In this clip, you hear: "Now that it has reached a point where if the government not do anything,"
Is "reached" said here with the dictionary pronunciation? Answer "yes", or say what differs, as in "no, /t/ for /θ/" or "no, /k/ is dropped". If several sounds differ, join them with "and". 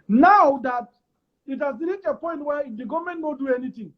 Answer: no, /t/ is dropped